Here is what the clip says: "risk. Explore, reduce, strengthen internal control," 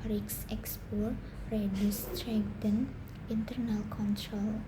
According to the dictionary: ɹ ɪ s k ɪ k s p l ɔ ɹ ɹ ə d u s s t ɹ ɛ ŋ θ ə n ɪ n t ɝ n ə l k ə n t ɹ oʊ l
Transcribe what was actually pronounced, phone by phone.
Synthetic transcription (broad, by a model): ɹ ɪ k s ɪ k s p ɔ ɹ ɹ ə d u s s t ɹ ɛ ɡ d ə n ɪ n t ɝ n ə l k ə n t ɹ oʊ l